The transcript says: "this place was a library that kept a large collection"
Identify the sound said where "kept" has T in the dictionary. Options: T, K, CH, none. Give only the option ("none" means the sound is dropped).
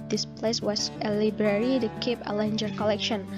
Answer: none